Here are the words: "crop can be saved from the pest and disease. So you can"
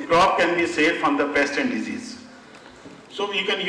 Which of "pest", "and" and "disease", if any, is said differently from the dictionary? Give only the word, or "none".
none